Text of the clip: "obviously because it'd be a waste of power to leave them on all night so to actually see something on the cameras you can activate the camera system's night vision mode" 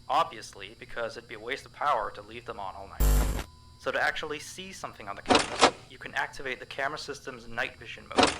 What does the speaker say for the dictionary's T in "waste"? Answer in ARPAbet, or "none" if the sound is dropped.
T